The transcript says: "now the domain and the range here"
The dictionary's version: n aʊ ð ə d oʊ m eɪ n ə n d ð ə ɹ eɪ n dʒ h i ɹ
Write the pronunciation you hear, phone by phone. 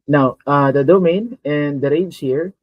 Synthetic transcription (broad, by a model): n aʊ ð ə d oʊ m eɪ n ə n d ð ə ɹ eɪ dʒ h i ɹ